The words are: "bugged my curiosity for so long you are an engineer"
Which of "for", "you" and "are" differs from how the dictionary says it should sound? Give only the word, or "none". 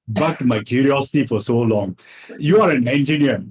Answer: none